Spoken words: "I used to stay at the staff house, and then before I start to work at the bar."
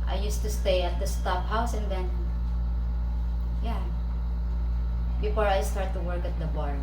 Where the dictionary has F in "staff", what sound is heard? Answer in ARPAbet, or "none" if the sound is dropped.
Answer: P